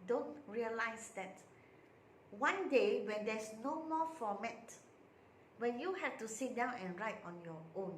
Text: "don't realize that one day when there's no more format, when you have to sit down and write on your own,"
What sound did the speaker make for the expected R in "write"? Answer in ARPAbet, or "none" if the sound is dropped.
R